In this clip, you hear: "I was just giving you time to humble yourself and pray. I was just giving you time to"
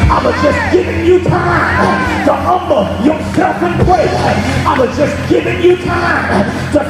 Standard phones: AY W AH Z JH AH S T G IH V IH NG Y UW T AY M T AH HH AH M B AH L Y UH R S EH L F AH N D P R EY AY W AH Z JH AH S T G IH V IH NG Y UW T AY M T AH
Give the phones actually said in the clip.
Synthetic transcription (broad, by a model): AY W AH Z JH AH S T G IH V IH NG Y UW T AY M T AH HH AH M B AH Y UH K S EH F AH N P W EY AY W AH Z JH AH S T G IH V IH NG Y UW T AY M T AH